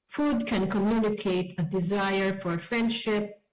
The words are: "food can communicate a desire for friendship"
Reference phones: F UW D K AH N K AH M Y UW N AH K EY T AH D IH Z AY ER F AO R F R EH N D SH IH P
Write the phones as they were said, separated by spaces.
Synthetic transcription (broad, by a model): F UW D K AH N K AH M Y UW N AH K EY T AH D IH Z AY ER F AO R F R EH N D SH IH P